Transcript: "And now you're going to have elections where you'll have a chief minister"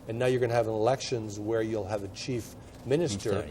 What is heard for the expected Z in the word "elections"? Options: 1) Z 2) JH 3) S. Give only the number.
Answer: 1